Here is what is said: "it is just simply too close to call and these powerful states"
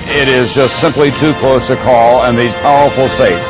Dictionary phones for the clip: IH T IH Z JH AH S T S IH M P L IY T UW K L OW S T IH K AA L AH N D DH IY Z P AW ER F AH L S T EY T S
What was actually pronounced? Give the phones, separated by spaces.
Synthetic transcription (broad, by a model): IH T IH Z JH AH S T S IH M P L IY T UW K L OW S T IH K AA L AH N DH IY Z P AW ER F L S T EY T